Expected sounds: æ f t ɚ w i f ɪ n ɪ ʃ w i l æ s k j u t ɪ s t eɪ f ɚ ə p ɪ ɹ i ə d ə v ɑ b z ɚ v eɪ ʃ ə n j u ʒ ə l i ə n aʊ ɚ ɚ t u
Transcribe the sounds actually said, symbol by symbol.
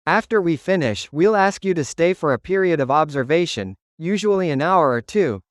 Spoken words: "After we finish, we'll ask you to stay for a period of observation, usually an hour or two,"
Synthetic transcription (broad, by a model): æ f t ɚ w i f ɪ n ɪ ʃ w i l æ s k j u t ɪ s t eɪ f ɚ ə p ɪ ɹ i ə d ə v ɑ b z ɚ v eɪ ʃ ə n j u ʒ ə l i ə n aʊ ɚ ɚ t u